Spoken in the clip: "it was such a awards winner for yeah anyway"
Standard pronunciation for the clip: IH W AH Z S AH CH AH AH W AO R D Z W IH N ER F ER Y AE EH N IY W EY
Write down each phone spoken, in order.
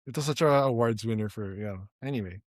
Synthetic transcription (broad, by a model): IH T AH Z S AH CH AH AH W AO R D Z W IH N ER F ER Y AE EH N IY W EY